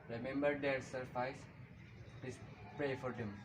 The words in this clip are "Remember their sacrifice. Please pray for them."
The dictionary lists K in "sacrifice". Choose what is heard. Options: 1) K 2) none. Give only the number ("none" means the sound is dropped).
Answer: 2